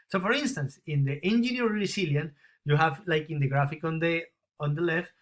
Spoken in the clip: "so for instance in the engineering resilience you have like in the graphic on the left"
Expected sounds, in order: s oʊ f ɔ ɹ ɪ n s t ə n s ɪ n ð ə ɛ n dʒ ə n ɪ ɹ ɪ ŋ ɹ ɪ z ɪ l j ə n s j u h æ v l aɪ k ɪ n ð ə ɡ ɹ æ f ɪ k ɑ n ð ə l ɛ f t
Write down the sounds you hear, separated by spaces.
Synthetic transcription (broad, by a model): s oʊ f ɔ ɹ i n s t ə n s ɪ n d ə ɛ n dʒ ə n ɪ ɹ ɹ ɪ s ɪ l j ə n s j u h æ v l aɪ k ɪ n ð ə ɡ ɹ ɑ f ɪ k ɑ n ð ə l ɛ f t